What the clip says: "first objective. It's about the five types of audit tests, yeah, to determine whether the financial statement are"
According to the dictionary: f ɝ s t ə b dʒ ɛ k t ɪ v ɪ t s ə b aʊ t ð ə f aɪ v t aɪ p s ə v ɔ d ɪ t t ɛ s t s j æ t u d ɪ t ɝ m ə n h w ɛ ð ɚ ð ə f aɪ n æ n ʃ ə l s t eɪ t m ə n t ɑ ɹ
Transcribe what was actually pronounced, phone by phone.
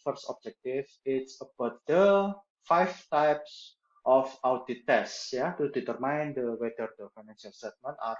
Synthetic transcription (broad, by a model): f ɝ s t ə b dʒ ɛ k t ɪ f ɪ t s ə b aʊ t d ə f aɪ f t aɪ p s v ɔ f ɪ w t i t s j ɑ t u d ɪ t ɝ m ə n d w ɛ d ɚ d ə f aɪ n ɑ n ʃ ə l s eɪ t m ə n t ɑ ɹ